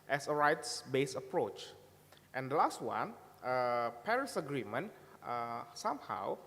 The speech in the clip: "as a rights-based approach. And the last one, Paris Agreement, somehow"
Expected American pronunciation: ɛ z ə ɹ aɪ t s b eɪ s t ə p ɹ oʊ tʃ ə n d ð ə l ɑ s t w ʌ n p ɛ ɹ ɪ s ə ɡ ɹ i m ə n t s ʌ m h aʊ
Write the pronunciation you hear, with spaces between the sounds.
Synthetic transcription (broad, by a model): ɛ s ə ɹ aɪ t s b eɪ s ə p ɹ oʊ tʃ ə n d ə l ɑ s t w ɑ n p ɛ ɹ ɪ s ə ɡ ɹ i m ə n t s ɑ m h aʊ